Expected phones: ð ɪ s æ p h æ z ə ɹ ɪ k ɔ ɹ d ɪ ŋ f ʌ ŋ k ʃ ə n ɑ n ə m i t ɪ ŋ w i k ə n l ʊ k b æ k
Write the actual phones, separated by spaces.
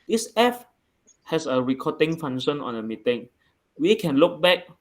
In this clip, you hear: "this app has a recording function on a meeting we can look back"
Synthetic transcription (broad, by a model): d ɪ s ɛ f h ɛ s ə ɹ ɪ k ɔ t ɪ ŋ f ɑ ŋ ʃ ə n ɑ n ə m i t ɪ ŋ w i k ə n l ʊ k b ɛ k